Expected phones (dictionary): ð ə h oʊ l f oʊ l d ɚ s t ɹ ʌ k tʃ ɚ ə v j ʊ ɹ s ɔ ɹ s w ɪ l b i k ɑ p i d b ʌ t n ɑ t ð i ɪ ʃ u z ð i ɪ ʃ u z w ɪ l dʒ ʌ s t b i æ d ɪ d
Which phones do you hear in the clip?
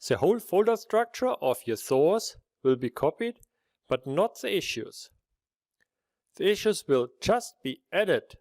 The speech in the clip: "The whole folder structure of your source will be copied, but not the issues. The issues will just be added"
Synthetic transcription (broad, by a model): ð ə h oʊ l f oʊ l d ɚ s t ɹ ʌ k tʃ ɚ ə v j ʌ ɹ θ ɔ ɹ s w ɪ l b i k ɑ p i d b ʌ t n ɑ t ð i ɪ ʃ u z ð i ɪ ʃ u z w ɪ l dʒ ʌ s t b i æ d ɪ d